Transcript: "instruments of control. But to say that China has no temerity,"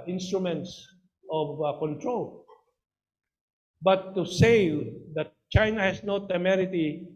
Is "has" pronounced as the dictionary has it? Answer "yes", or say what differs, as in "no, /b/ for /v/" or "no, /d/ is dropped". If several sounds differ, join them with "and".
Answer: no, /s/ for /z/